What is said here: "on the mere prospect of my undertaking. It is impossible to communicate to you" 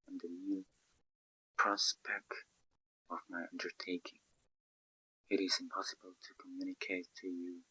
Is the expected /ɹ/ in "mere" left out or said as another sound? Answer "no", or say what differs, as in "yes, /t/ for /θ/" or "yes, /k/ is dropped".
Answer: yes, /l/ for /ɹ/